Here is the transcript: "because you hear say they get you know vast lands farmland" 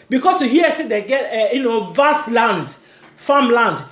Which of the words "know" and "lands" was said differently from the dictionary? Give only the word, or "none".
lands